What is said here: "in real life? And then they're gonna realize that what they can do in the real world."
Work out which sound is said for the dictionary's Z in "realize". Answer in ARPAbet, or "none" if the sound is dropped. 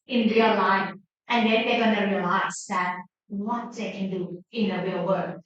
S